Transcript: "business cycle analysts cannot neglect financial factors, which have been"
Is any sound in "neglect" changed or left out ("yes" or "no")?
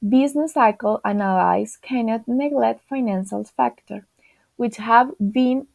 yes